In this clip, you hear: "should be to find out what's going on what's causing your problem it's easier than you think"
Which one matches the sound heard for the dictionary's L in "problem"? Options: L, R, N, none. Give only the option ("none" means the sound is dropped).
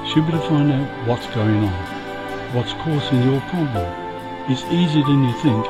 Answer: none